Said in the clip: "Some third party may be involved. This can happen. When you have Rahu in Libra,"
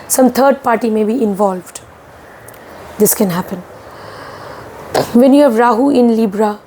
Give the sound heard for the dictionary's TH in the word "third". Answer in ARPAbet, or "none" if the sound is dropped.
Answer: T